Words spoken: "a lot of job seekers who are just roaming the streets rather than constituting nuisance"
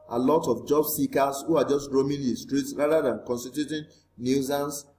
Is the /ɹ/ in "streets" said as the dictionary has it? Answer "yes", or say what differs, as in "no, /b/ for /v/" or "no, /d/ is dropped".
yes